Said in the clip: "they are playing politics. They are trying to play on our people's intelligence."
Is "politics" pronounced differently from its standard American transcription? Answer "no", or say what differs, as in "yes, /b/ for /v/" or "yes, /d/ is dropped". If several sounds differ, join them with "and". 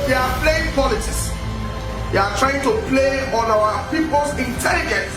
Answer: yes, /k/ is dropped